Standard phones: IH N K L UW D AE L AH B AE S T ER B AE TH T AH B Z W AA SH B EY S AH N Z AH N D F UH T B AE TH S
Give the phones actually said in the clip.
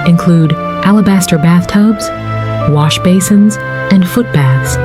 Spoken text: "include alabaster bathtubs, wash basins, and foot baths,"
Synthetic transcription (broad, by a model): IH N K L UW D AE L AH B AE S T ER B AE TH T AH B Z W AA SH B EY S AH N Z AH N F UH T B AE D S